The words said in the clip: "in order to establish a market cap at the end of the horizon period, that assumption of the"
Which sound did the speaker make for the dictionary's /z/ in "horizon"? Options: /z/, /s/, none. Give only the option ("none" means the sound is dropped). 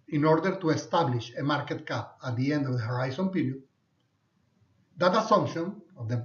/s/